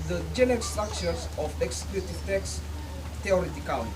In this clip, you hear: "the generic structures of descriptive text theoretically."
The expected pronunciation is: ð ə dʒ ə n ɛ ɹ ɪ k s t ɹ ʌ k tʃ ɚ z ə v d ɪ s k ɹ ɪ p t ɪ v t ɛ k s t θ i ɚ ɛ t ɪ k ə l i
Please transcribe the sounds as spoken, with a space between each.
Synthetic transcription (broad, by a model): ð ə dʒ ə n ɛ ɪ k s t ɹ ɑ k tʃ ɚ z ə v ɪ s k l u t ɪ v t ɛ k s t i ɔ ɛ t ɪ k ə l